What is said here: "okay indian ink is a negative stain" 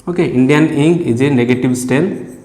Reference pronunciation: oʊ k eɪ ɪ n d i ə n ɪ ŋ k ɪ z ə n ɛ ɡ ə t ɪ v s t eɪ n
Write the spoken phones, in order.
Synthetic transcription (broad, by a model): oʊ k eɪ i n d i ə n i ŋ ɪ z ə n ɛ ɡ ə t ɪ b s t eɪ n